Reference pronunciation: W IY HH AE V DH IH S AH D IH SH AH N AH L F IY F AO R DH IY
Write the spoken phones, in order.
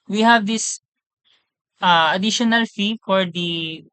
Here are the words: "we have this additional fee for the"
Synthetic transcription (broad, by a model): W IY HH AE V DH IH S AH D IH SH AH N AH L F IY F AO R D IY